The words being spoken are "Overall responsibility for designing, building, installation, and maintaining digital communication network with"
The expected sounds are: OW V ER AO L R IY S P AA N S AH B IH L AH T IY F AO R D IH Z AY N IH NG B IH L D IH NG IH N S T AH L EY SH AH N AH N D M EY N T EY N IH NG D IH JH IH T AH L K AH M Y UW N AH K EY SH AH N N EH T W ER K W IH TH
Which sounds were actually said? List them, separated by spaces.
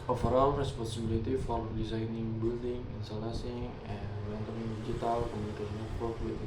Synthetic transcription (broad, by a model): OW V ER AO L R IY S P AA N S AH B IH L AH T IY F AO R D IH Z AY N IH NG B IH L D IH NG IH N S T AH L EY S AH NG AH N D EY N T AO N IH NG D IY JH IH T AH L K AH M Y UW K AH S N EH T W ER K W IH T